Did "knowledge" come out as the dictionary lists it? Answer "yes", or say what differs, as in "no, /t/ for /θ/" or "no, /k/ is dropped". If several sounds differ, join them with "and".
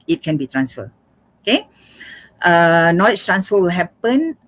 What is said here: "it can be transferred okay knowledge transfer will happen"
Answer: no, /tʃ/ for /dʒ/